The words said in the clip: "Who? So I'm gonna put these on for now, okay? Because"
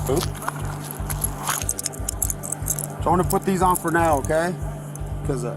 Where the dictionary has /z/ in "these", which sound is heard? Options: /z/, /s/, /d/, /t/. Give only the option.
/z/